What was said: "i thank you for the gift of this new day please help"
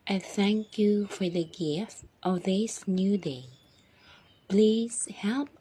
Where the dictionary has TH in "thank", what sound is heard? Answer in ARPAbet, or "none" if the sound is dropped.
TH